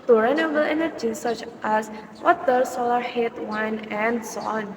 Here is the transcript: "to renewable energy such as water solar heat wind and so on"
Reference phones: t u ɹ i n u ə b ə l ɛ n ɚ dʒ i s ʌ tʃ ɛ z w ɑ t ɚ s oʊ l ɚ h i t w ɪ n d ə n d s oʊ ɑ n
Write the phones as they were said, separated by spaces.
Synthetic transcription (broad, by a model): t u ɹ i n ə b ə l ɛ n ɚ dʒ i s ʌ tʃ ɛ s w ɑ t ɚ s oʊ l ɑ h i t w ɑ n ə n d s oʊ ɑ n